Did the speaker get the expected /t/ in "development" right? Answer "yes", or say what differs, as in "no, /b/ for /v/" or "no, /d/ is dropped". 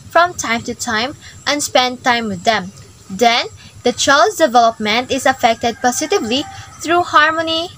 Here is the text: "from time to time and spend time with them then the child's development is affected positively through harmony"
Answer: yes